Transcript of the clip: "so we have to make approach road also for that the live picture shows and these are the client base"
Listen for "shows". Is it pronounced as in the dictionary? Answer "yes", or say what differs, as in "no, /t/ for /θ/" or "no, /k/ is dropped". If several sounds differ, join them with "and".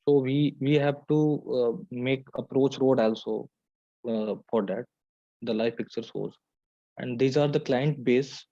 no, /s/ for /ʃ/